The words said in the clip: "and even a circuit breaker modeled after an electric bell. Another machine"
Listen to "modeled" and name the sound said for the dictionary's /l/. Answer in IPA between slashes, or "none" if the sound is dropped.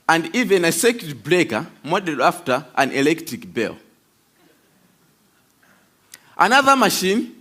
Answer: none